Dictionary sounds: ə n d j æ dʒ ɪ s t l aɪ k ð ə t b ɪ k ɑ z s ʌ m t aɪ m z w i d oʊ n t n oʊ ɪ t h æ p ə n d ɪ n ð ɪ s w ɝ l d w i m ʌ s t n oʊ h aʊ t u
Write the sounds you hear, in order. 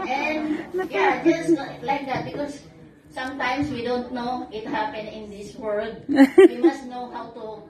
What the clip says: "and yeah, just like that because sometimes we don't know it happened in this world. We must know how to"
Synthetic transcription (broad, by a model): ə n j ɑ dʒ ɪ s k l aɪ k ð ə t b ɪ k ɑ s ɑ m t aɪ m s w i d oʊ n t n oʊ ɪ t h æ p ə n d ɪ n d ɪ s w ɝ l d w i m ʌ s n oʊ h aʊ t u